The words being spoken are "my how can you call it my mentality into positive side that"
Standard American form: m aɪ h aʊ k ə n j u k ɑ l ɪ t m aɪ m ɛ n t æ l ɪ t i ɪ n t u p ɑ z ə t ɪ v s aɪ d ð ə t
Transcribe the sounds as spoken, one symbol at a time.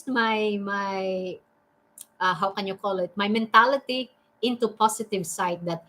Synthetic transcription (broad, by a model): m aɪ h aʊ k ə n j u k ɑ l ɪ t m aɪ m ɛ n t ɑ l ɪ t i ɪ n t u p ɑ s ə t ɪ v s aɪ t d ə t